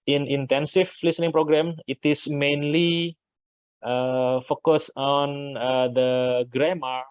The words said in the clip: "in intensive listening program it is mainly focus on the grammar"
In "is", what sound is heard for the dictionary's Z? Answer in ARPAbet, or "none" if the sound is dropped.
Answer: S